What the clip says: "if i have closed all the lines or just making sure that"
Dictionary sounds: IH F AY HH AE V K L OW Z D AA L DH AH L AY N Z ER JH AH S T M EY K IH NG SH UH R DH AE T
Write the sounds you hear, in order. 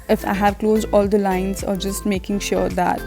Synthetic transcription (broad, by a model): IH F AY HH AE V K L OW Z D AA L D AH L AY N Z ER JH AH S T M EY K IH NG SH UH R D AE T